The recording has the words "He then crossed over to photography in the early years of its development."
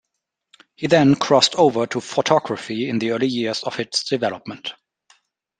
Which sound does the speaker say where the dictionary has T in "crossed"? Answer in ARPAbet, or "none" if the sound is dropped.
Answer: T